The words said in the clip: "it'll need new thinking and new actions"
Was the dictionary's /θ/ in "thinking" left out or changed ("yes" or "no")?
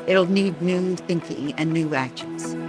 no